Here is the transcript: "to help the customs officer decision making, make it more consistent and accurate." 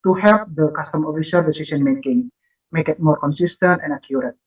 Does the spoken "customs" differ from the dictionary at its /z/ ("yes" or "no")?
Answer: yes